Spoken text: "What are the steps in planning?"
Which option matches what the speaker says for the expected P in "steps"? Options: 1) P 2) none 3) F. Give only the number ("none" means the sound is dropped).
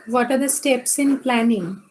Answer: 1